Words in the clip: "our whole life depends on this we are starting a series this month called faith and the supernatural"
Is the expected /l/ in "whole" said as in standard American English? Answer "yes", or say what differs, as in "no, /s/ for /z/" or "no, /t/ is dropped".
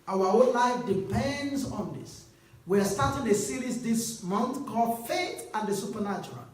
no, /n/ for /l/